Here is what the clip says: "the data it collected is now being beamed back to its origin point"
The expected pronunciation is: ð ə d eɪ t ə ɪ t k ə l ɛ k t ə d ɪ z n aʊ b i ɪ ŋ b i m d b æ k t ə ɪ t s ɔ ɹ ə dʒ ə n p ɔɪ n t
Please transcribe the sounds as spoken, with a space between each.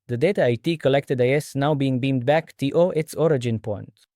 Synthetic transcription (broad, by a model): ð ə d eɪ t ə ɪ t k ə l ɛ k t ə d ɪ s n aʊ b i ɪ ŋ b i m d b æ k t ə ɪ t s ɔ ɹ ə dʒ ə n p ɔɪ n t